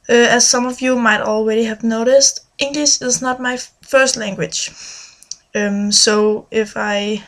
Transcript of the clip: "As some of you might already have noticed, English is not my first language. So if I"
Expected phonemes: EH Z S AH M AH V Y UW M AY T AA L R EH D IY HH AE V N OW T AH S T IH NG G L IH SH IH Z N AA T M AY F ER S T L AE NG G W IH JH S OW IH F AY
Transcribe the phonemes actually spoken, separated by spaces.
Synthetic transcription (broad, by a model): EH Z S AH M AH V Y UW M AY T AA L R EH D IY HH AE V N OW T AH S T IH NG G L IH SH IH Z N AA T M AY F ER S T L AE NG G W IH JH S OW IH F AY